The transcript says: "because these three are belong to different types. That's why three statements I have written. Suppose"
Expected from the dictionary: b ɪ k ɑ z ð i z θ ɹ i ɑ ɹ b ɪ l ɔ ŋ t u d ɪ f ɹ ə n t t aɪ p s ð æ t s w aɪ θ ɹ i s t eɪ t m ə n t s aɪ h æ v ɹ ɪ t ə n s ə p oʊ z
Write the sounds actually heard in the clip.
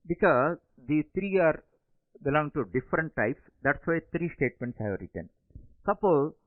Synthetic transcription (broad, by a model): b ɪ k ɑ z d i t ɹ i ɑ ɹ b ɪ l ɔ ŋ t u d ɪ f ɹ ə n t t aɪ p s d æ t s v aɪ t ɹ i s t eɪ t m ə n t s h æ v ɹ ɪ t ə n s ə p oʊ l